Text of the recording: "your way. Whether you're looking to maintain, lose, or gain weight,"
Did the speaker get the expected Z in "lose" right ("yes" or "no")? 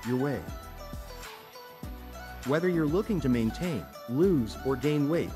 yes